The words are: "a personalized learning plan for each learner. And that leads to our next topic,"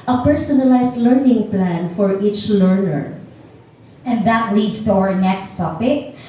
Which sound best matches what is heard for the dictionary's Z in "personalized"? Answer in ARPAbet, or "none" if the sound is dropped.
S